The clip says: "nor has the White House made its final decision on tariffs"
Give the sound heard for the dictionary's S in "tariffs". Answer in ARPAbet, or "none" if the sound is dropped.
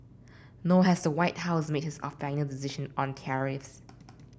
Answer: S